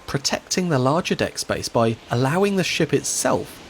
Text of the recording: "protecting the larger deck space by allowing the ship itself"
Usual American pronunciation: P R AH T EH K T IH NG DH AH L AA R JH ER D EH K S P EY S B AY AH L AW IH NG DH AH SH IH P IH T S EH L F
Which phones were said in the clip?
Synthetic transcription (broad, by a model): P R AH T EH K T IH NG DH AH L AA JH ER D EH K S B EY S B AY AH L AW IH NG DH AH SH IH P IH T S EH L F